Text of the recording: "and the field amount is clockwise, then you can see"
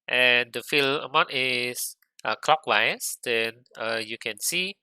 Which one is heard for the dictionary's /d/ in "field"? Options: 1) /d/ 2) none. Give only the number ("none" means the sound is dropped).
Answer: 2